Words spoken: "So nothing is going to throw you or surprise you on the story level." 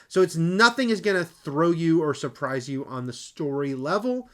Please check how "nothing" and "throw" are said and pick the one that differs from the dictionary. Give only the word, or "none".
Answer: none